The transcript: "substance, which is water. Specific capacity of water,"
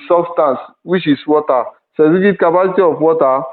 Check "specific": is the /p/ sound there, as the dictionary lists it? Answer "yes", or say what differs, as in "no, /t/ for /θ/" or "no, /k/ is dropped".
no, /p/ is dropped